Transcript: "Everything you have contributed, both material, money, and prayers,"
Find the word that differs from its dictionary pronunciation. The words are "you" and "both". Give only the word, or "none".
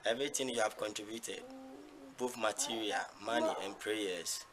both